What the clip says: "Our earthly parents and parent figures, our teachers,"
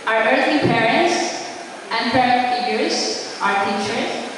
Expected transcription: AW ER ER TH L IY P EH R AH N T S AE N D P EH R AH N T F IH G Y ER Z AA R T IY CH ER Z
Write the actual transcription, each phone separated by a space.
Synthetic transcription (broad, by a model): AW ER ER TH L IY P EH R AH N T S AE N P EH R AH T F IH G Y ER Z AA R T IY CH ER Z